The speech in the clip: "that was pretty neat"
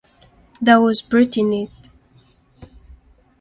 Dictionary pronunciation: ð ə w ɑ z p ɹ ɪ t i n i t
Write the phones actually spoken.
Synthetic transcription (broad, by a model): ð ə w ɑ z b ɹ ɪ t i n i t